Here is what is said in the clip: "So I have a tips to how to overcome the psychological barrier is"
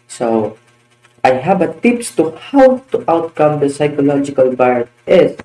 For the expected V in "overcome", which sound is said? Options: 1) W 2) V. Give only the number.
1